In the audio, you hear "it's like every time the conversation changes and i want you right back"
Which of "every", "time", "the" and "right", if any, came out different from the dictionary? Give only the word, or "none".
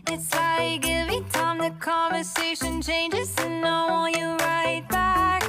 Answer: every